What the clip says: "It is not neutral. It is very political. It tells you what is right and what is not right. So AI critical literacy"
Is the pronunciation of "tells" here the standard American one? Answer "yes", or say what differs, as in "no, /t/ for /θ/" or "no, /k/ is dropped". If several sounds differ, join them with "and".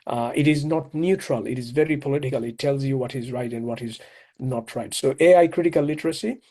yes